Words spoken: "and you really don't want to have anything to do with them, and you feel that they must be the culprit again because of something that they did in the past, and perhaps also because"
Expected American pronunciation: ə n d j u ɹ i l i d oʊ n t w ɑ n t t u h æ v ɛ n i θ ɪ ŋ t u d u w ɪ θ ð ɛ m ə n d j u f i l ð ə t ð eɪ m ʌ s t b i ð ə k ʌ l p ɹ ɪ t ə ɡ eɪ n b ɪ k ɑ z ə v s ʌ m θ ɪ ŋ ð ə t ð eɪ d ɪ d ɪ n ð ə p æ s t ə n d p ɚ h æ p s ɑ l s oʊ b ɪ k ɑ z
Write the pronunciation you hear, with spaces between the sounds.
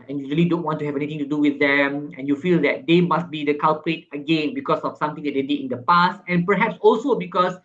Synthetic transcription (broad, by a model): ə n j u ɹ i l i d oʊ n t w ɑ n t t u h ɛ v ɛ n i t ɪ ŋ t u d u w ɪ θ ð ɛ m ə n j u f i l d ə t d eɪ m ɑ s t b i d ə k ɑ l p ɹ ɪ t ə ɡ eɪ n b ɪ k ɑ s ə f s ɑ m t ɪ ŋ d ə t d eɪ d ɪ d ɪ n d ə p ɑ s t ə n p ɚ h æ p s ɑ l s oʊ b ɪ k ɑ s